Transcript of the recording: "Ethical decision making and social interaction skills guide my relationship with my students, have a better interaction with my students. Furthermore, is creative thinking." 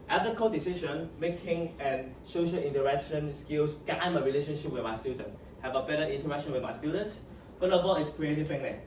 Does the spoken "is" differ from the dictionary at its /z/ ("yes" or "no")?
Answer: yes